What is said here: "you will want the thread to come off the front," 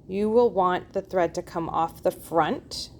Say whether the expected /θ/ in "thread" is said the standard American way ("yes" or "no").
yes